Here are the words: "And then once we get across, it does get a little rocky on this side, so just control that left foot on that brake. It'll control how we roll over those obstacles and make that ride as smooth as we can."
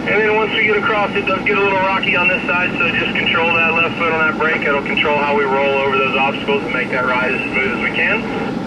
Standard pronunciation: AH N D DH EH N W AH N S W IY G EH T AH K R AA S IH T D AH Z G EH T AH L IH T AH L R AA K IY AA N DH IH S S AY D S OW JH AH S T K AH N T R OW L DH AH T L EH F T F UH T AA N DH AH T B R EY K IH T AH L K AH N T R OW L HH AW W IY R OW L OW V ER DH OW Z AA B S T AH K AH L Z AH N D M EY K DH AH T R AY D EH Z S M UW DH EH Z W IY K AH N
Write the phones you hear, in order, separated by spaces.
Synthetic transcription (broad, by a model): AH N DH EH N W AH N S W IY G EH T AH K R AA S IH T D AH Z G EH T AH L IH T L R AA K IY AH N DH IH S S AY D S OW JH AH S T K N T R OW L DH AH T L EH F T F UH T N DH AH T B R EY K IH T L K N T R OW L HH AW W IY R OW L OW V ER DH OW Z AA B S T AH K L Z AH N M EY K DH AH T R AY D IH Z S M UW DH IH Z W IY K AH N